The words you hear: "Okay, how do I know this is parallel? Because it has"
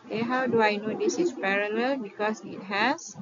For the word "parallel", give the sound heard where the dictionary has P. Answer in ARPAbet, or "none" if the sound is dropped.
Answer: P